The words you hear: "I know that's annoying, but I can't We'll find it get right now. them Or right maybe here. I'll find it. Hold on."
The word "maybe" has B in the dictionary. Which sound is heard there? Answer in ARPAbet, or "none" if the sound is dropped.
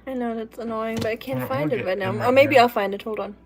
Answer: none